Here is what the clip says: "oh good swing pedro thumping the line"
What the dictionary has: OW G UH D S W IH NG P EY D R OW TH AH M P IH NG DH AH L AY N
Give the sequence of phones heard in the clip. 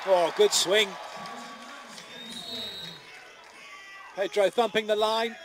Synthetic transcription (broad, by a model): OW G UH D S W IH NG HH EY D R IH TH AH M P IH NG DH AH L AY N